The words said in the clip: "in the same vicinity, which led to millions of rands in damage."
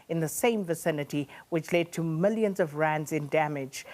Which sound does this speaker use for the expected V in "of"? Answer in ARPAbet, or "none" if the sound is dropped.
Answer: V